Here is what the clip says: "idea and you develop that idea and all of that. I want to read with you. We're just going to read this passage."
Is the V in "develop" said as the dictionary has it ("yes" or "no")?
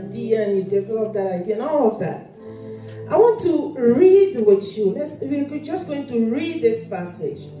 no